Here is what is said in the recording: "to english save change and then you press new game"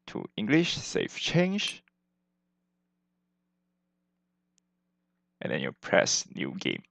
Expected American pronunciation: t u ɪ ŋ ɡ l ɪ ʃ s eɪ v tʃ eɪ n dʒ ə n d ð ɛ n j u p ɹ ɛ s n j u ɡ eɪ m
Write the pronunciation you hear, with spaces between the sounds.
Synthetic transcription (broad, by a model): t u ɪ ŋ ɡ l ɪ ʃ s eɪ f tʃ eɪ n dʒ ə n d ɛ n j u p ɹ ɛ s n j u ɡ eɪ m